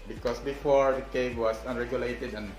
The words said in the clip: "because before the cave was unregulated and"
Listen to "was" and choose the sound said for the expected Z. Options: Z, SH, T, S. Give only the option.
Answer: S